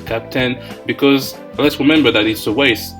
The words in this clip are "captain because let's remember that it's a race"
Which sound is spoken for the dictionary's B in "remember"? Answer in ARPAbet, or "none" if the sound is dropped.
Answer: B